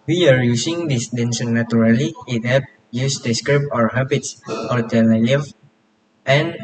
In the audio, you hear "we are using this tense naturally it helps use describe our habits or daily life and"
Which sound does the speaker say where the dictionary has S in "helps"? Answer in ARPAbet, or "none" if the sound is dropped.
none